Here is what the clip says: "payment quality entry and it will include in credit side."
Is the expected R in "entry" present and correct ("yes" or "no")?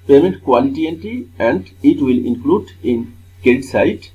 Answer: no